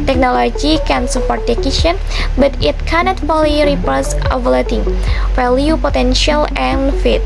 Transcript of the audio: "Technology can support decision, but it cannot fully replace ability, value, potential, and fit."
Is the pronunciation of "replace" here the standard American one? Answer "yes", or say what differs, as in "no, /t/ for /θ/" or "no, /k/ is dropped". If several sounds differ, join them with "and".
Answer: no, /l/ is dropped